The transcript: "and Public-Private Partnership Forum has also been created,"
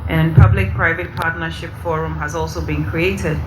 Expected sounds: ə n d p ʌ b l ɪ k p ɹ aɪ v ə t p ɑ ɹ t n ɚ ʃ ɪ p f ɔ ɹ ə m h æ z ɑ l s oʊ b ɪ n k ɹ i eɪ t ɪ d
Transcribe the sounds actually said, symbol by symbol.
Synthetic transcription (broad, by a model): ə n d p ʌ b l ɪ k p ɹ aɪ v ə t p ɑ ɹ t n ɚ ʃ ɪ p f ɔ ɹ ə m h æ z ɑ l s oʊ b ɪ n k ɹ i eɪ t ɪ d